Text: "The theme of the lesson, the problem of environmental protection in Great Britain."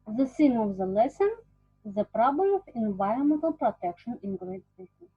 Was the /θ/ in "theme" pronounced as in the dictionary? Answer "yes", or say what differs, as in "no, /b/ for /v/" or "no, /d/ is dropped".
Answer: no, /s/ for /θ/